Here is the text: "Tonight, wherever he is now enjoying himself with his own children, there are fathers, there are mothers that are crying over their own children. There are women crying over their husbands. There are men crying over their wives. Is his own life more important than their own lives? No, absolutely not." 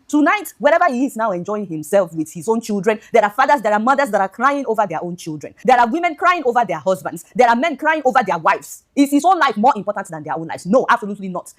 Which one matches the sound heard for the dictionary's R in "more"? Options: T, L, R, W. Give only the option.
R